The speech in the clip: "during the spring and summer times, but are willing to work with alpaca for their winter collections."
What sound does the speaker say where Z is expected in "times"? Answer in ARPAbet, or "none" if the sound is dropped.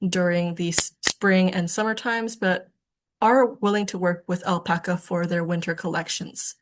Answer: Z